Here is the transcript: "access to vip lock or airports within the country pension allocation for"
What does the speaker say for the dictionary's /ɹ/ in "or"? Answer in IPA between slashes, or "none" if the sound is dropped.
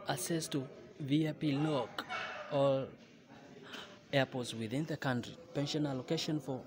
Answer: /l/